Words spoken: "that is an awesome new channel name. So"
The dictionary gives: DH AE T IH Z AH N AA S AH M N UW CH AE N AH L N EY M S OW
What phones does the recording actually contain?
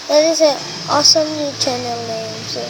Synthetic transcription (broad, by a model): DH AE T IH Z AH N AA S AH M L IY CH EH N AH L N EY M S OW